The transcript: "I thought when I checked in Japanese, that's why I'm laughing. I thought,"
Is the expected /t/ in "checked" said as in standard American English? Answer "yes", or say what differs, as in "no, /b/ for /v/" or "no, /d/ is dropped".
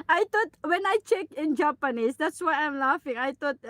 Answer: no, /t/ is dropped